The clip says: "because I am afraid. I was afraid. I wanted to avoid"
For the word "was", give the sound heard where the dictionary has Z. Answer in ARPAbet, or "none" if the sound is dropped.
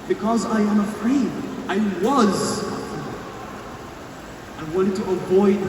Z